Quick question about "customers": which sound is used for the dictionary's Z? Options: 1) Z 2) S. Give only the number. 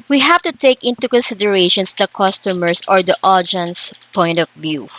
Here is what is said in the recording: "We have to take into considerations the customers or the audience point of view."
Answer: 2